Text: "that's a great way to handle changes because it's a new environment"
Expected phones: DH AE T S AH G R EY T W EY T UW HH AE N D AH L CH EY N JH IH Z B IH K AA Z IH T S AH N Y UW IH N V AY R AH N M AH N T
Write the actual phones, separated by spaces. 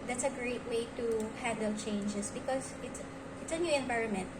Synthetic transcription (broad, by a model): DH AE T S AH G R EY T W EY T UW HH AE D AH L CH EY N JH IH S B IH K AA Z IH T S AH N Y UW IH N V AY R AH N M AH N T